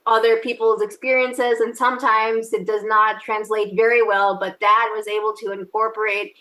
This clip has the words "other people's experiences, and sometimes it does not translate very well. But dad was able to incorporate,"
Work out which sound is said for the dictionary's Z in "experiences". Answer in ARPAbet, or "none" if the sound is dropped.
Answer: Z